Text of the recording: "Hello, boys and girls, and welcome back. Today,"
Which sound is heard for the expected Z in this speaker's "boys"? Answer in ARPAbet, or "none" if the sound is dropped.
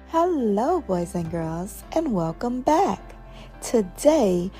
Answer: Z